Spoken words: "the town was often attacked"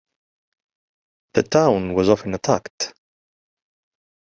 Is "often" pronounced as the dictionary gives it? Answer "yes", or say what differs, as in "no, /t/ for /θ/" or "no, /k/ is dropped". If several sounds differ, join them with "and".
yes